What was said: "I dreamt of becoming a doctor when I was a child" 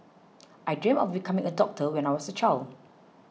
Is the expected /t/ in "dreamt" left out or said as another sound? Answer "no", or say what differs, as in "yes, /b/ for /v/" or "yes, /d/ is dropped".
yes, /t/ is dropped